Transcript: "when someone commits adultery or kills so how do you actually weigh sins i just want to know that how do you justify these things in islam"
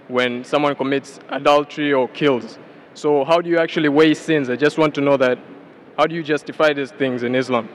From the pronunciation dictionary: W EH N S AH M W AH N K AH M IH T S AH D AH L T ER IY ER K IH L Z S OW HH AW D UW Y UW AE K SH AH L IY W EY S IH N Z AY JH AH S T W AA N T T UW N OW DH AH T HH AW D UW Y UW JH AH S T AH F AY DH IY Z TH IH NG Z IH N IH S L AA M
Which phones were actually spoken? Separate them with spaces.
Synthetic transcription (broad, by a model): W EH N S AH M W AH N K AH M IH T S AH D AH L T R IY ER K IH L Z S OW HH AW D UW Y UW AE K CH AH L IY W EY S IH N Z AY JH AH S T W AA N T T UW N OW DH AH T HH AW D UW Y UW JH AH S T AH F AY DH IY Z TH IH NG Z IH N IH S L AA M